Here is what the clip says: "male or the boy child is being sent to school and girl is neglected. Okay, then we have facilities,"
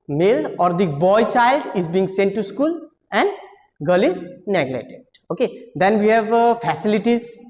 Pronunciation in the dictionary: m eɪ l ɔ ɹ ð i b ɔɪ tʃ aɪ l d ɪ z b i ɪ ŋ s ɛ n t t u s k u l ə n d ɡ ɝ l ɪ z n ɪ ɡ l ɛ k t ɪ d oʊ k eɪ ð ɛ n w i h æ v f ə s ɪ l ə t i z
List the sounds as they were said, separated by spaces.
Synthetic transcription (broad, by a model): m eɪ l ɔ ɹ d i b ɔɪ tʃ aɪ l d ɪ z b i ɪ ŋ s ɛ n t t u s k u l ə n d ɡ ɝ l ɪ z n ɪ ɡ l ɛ t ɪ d oʊ k eɪ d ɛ n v i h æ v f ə s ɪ l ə t i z